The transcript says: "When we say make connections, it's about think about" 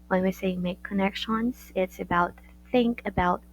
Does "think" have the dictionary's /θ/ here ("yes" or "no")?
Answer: yes